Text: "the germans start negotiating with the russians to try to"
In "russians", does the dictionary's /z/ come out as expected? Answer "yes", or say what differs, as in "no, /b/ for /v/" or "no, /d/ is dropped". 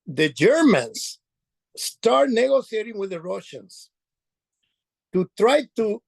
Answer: no, /s/ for /z/